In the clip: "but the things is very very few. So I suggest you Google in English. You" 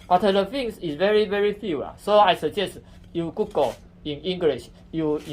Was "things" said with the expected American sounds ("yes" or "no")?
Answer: no